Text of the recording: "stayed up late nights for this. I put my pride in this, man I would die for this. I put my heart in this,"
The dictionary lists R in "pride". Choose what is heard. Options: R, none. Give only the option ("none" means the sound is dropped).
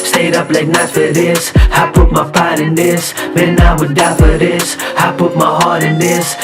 none